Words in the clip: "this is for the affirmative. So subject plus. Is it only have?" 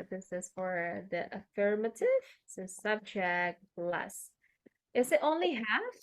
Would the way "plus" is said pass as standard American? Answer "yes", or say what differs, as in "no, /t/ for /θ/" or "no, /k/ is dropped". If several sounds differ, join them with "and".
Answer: no, /b/ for /p/